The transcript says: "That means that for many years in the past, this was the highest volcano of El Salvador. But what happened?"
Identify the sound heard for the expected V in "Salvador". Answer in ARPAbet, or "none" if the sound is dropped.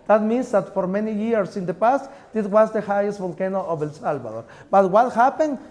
B